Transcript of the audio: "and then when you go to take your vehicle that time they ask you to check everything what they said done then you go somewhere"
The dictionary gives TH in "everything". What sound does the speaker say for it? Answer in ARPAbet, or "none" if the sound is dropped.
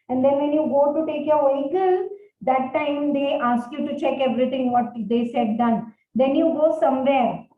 T